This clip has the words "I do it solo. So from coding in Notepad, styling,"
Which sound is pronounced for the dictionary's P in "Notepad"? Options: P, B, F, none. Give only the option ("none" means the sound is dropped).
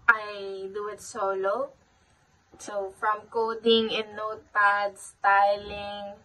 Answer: none